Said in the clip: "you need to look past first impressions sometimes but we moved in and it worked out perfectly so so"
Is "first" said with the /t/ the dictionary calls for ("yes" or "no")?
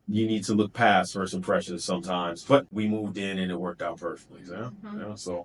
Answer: no